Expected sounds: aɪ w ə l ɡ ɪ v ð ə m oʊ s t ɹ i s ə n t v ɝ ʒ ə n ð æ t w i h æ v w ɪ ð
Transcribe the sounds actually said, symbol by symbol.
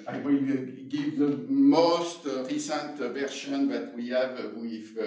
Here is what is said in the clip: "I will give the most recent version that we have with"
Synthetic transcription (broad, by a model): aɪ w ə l ɡ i v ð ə m oʊ s t ɹ i s ə n t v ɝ ʃ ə n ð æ t w i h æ v w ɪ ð